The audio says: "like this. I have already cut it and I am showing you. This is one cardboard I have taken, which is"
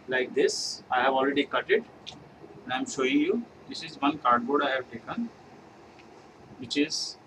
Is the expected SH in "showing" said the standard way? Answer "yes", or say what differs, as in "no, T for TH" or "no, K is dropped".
yes